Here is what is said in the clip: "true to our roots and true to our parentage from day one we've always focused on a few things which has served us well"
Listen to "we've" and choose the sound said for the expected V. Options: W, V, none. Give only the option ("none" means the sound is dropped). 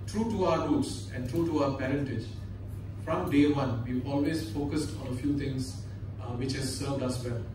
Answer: none